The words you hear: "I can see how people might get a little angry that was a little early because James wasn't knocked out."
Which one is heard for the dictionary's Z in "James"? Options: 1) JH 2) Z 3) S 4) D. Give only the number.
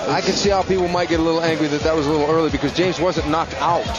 2